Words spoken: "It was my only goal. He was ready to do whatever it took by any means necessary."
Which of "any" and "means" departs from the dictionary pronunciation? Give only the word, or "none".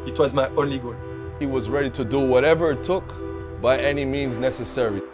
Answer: none